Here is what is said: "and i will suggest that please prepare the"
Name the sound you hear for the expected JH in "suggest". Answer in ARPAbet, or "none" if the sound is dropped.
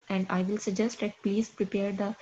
JH